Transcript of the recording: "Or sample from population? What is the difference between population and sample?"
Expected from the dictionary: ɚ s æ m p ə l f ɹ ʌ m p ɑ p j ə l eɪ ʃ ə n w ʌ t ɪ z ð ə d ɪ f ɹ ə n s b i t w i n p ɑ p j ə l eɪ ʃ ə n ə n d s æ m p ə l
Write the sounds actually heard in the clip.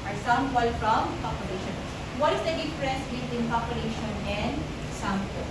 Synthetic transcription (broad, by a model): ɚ s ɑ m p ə l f ɹ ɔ m p ɑ p j ə l eɪ ʃ ə n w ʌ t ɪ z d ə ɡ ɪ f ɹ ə s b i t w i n p ɑ p j ə l eɪ ʃ ə n ə n d s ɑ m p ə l